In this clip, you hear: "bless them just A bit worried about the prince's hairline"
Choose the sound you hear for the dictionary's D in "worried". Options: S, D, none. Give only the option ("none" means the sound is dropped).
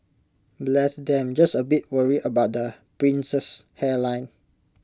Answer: none